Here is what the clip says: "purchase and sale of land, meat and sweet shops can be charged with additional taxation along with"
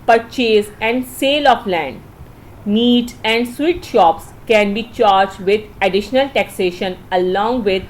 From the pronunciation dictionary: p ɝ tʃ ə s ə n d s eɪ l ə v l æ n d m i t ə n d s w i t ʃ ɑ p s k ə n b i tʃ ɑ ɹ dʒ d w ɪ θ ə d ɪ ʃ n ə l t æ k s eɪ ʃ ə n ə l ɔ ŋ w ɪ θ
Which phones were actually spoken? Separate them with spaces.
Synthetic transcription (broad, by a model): p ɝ tʃ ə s ə n d s eɪ l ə f l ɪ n d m i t ə n d s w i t ʃ ɑ p s k ə n b i tʃ ɑ ɹ dʒ d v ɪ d ə d ɪ ʃ n ə l t æ k s eɪ ʃ ə n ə l ɔ ŋ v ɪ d